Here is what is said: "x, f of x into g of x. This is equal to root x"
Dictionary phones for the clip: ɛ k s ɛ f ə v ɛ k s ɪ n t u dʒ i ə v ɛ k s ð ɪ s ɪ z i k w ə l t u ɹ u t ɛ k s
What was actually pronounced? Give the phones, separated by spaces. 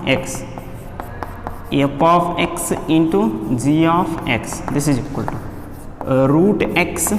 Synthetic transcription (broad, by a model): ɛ k s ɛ p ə f ɛ k s ɪ n t u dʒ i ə f ɛ k s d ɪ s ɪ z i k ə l t u ɹ u t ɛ k s